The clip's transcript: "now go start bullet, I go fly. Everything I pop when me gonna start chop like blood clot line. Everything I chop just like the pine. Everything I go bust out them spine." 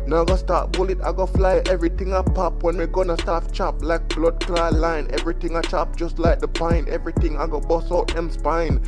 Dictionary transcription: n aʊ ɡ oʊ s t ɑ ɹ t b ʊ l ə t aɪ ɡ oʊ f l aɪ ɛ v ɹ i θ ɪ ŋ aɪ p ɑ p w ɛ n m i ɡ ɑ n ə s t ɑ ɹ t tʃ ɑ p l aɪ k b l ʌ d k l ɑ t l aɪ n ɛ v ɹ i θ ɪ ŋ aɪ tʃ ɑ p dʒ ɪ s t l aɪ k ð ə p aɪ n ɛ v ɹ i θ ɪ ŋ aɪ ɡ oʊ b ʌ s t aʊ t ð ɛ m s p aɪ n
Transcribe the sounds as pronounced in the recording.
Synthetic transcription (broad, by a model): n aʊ ɡ oʊ s t ɑ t b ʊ l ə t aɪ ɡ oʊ f l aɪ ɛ v ɹ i t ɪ ŋ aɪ p ɑ p w ɛ n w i ɡ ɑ n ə s t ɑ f tʃ ɑ p l aɪ k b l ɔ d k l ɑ l aɪ n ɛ v ɹ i t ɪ ŋ aɪ tʃ ɑ p dʒ ɪ s t l aɪ k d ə p aɪ n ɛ v ɹ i t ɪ ŋ aɪ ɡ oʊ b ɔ s ɔ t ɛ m s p aɪ n